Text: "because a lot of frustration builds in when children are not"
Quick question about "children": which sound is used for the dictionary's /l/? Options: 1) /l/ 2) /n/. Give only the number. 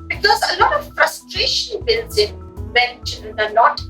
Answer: 2